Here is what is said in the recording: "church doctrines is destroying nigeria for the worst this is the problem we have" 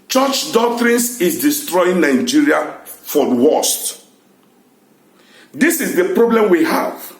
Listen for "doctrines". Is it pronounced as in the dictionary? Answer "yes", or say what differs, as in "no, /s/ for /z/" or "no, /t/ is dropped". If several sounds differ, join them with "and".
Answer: no, /s/ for /z/